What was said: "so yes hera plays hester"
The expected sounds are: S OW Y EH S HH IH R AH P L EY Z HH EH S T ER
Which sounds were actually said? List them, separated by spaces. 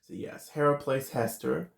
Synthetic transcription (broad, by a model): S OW Y EH S HH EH R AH P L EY S HH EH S T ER